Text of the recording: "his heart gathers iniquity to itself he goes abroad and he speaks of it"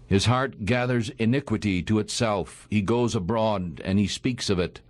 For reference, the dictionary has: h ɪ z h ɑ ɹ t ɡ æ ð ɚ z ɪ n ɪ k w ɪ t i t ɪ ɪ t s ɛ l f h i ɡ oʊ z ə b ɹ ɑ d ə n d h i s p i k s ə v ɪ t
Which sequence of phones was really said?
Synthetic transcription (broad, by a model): h ɪ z h ɑ ɹ t ɡ æ ð ɚ z ɪ n ɪ k w ɪ t i t ɪ ɪ t s ɛ l f h i ɡ oʊ z ə b ɹ ɑ d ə n i s p i k s ə v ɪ t